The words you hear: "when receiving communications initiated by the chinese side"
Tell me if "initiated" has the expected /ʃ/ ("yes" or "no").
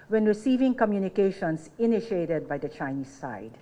yes